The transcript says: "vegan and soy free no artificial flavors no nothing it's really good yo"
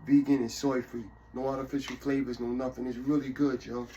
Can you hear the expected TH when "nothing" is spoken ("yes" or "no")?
yes